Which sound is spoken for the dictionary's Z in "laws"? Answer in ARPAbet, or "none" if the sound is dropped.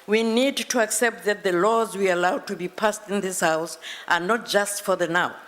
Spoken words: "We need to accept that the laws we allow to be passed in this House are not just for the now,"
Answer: Z